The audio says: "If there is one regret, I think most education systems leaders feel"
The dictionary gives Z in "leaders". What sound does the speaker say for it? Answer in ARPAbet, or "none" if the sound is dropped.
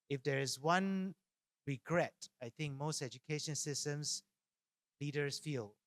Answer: S